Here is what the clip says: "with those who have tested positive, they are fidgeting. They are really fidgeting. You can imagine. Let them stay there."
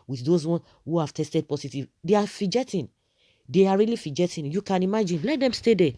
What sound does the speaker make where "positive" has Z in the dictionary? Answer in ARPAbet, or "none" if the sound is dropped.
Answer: S